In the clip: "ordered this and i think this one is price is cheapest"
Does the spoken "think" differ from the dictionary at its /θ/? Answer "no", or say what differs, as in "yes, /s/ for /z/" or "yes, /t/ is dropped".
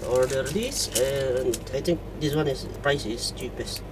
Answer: yes, /t/ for /θ/